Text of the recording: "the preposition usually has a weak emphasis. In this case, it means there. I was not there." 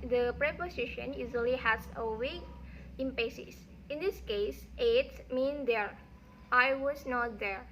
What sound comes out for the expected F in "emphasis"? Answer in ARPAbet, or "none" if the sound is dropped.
P